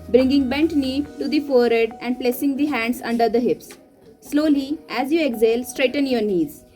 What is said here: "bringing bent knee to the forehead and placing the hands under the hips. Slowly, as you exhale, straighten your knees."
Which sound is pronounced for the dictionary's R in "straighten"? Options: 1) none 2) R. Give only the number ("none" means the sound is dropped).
2